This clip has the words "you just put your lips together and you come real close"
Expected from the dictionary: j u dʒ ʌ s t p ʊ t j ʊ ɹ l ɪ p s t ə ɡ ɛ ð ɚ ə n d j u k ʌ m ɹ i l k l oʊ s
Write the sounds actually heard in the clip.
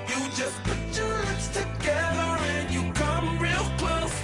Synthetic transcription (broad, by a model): j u dʒ ʌ s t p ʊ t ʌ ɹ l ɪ s t ə ɡ ɛ ð ɚ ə n j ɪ k ʌ m ɹ i l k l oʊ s